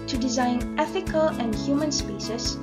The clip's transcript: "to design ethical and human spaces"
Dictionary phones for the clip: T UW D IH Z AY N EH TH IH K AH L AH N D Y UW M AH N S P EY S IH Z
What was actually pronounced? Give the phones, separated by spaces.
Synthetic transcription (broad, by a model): T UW D IH Z AY N EH TH IH K AH L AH N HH Y UW M AH N S P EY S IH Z